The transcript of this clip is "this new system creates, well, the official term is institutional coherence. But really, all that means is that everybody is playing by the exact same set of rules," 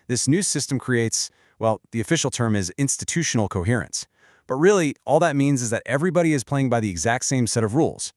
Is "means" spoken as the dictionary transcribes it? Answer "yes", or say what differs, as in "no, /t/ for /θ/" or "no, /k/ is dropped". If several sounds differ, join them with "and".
yes